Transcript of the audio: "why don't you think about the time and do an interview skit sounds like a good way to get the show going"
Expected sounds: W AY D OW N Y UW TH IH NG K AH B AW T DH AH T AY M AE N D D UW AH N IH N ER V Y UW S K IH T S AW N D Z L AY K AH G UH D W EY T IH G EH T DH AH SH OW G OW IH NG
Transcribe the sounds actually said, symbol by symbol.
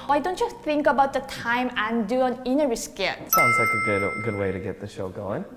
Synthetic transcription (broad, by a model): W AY D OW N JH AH S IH NG K AH B AW T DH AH T AY M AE N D D UW AH N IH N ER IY S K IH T S AW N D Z L AY K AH G UH D W EY T IH G EH T DH AH SH OW G OW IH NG